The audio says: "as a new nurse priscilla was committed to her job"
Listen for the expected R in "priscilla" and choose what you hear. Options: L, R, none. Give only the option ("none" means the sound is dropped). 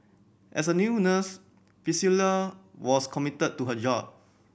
none